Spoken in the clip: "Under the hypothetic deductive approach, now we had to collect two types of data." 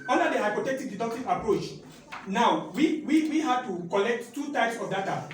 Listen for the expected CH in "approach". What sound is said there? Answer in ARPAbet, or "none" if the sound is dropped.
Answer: CH